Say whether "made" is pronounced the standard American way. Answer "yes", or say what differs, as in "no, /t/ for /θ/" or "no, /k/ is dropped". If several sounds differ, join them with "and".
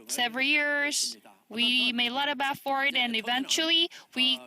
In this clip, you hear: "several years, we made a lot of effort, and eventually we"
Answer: no, /d/ is dropped